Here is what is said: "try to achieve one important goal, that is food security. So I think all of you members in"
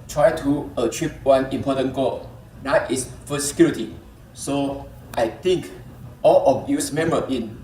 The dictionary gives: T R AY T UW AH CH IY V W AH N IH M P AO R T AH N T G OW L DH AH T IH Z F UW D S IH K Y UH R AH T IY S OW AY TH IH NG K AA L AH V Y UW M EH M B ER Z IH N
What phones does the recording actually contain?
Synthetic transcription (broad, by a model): T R AY T UW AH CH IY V W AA N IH M P AO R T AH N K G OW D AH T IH S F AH S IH K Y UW R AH T IY S OW AY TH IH NG K AA L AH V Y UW M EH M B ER IH N